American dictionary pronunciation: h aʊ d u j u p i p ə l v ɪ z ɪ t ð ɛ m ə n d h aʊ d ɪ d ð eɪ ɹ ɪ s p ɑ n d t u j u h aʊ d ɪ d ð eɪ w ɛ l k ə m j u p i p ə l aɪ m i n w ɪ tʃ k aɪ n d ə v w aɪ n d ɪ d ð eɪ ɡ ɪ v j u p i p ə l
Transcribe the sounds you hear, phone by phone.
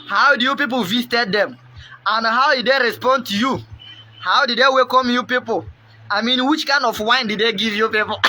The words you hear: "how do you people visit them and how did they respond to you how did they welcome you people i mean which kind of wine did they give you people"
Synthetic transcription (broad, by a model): h aʊ d u j u p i p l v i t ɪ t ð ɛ m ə n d h aʊ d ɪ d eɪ ɹ ɪ s p ɑ n d t u j u h aʊ d ɪ d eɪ w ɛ k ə m j u p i p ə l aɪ m i n w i tʃ k aɪ n d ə f w aɪ n d ɪ d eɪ ɡ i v j u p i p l